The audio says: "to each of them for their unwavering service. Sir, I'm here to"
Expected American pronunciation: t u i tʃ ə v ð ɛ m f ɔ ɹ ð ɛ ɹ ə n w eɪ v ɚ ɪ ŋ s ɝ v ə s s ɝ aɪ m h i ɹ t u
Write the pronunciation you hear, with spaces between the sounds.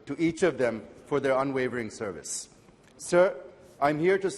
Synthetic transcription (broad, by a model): t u i tʃ ə v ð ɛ m f ɔ ɹ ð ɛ ɹ ə n w eɪ v ɚ ɪ ŋ s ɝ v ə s s ɝ aɪ m h i ɹ t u